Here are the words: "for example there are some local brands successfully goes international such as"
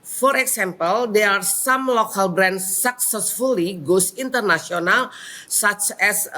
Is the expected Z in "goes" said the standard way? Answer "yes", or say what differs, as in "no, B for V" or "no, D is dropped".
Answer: no, S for Z